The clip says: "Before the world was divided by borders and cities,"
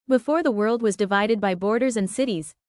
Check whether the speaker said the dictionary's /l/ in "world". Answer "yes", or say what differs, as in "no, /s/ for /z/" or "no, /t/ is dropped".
yes